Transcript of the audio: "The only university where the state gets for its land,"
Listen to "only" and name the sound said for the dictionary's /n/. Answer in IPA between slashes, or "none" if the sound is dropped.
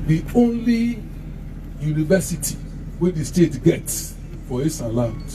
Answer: /n/